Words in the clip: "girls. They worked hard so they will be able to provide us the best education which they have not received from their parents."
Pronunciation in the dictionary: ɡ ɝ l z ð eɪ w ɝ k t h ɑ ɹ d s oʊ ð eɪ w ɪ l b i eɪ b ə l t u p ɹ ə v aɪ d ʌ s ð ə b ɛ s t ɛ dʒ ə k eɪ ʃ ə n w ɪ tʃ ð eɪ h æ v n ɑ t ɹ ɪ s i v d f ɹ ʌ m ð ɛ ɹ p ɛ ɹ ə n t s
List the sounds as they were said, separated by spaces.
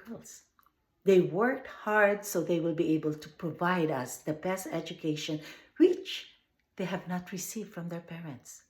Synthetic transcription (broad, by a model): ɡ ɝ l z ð eɪ w ɝ k t h ɑ ɹ d s oʊ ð eɪ w ɪ l b i eɪ b ə l t u p ɹ ə v aɪ d ʌ s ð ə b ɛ s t ɛ dʒ ə k eɪ ʃ ə n w ɪ tʃ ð eɪ h æ v n ɑ t ɹ ɪ s i v d f ɹ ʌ m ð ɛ ɹ p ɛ ɹ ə n t s